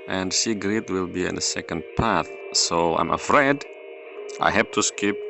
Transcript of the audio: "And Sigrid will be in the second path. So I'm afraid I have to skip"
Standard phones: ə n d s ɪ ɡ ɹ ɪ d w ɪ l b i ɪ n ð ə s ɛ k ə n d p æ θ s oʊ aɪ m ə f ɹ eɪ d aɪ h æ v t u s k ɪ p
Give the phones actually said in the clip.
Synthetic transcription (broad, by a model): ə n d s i ɡ ɹ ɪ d w ɪ l b i ɪ n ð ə s ɛ k ə n d p æ θ s oʊ aɪ m ə f ɹ eɪ d aɪ h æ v t u s k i p